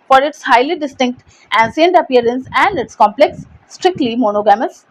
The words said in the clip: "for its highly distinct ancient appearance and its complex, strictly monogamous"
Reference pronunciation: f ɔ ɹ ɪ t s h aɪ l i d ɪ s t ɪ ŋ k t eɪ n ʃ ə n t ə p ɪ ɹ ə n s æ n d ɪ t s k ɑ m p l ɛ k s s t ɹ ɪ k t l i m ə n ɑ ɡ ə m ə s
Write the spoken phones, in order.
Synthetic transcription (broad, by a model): f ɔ ɹ ɪ t s h aɪ l i d ɪ s t ɪ ŋ k t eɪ n s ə n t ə p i ɹ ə n s æ n d ɪ t s k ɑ m p l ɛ k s s t ɹ ɪ k t l i m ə n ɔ ɡ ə m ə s